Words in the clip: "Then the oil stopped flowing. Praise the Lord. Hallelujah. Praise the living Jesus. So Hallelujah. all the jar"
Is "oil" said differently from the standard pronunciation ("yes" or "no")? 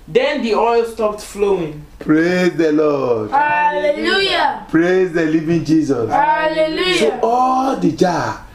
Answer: no